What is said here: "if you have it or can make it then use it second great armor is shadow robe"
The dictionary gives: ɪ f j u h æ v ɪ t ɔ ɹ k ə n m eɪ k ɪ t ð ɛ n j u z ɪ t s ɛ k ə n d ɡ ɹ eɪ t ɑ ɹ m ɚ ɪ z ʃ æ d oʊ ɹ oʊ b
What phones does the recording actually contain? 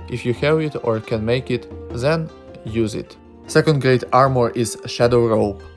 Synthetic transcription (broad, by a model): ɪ f j u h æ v ɪ t ɔ ɹ k ə n m eɪ k ɪ t ð ɛ n j u z ɪ t s ɛ k ə n d ɡ ɹ eɪ t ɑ ɹ m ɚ ɪ z ʃ æ d oʊ ɹ oʊ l